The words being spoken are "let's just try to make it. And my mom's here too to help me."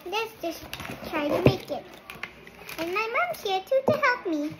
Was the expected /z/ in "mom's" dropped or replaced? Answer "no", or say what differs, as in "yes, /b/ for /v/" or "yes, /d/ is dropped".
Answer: yes, /z/ is dropped